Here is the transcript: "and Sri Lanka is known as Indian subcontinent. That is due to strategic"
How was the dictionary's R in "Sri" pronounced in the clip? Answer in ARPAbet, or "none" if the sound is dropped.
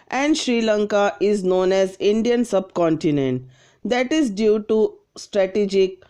R